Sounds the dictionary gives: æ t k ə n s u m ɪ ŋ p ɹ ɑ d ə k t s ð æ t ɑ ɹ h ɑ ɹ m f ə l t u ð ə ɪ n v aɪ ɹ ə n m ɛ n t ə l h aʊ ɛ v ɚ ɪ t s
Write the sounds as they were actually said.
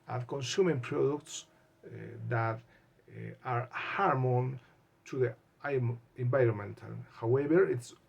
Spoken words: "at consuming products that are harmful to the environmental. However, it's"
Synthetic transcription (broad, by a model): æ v k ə n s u m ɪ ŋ p ɹ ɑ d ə k t s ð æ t ɑ ɹ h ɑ ɹ m ə n t u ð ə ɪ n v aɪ ɹ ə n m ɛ n t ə l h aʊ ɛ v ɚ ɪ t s